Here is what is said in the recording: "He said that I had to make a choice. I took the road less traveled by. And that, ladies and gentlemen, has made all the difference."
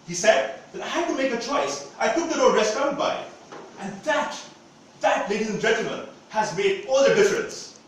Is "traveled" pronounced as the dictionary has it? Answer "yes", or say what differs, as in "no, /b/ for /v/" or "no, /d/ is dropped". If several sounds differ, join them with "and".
no, /n/ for /l/